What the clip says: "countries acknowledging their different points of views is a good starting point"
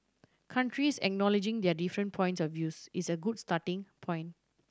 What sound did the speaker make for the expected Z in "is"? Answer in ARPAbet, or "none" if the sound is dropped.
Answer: S